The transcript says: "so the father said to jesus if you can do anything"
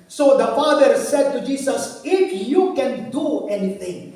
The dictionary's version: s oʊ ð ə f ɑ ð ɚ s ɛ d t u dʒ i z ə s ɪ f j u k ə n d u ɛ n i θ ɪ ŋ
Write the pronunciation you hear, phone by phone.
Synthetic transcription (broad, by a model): s oʊ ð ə f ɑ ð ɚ s ɛ d t u dʒ i s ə s ɪ f j u k ə n d u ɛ n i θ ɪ ŋ